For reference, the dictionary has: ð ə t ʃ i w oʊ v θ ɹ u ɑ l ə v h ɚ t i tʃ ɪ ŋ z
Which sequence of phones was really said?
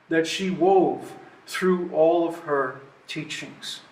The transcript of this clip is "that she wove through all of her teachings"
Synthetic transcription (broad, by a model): ð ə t ʃ i w oʊ v θ ɹ u ɑ l ə v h ɚ t i tʃ ɪ ŋ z